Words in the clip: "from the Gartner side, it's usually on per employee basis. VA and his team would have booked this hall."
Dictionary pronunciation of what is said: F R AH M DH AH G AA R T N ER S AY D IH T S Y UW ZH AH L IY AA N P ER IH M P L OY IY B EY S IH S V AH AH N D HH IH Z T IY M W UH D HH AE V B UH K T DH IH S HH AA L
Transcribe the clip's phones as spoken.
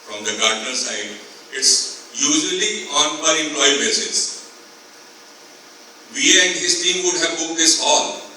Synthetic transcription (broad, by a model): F R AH M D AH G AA R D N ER S AY D IH T S Y UW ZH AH L IY AA N B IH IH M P L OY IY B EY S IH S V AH AH N D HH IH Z T IY M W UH D HH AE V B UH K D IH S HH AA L